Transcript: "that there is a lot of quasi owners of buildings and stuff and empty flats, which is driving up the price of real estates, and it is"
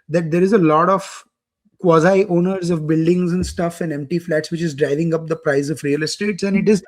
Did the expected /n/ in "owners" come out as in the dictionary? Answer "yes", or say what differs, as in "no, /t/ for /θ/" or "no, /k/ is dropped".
yes